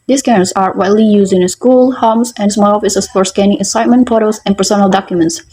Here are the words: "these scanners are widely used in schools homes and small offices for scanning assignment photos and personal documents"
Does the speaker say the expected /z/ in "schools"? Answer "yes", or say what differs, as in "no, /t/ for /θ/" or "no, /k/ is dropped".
no, /z/ is dropped